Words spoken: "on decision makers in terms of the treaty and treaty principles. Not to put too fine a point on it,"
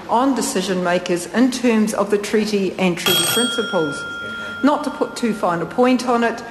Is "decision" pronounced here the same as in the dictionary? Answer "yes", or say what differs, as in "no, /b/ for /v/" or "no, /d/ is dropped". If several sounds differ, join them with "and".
yes